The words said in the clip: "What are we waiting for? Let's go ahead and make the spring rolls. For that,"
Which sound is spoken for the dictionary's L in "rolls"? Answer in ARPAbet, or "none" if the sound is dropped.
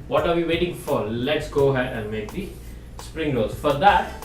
none